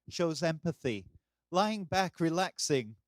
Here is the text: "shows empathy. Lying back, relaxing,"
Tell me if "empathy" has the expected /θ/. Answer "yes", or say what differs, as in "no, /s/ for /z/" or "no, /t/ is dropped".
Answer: yes